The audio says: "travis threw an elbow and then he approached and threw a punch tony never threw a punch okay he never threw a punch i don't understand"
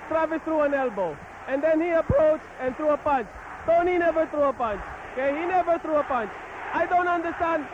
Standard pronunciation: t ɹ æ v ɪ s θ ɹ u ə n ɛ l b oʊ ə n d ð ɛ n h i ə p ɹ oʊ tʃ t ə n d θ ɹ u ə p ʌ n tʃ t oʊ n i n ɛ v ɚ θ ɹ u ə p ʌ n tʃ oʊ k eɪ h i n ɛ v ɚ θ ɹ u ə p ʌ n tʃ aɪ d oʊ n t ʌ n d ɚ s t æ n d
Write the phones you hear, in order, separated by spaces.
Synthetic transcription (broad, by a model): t ɹ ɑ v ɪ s t ɹ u ə n ɛ l b oʊ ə n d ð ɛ n h i ə p ɹ oʊ tʃ t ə n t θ ɹ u ə p ʌ n tʃ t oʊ n i n ɛ v ɚ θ ɹ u ə p ʌ n tʃ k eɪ h i n ɛ v ɚ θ ɹ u ə p ʌ n tʃ aɪ d oʊ n t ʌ n d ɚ s t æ n d